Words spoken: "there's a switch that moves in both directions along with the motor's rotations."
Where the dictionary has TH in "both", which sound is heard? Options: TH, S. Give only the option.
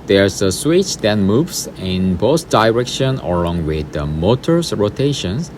S